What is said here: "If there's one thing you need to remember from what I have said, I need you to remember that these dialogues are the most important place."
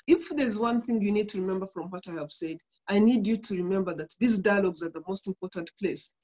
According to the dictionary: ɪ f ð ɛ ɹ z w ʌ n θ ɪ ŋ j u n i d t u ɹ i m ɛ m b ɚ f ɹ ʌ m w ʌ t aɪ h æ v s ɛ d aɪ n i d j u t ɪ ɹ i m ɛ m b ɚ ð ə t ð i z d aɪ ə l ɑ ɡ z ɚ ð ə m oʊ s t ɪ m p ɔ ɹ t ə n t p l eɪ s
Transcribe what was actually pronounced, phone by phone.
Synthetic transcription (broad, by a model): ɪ f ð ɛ ɹ z w ʌ n θ ɪ ŋ j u n i d t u ɹ i m ɛ m b ɚ f ɹ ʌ m w ʌ t aɪ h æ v s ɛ d aɪ n i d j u t ɪ ɹ i m ɛ m b ɚ ð ə t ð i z d aɪ ə l ɑ ɡ z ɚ ð ə m oʊ s t ɪ m p ɔ ɹ t ə n t p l eɪ s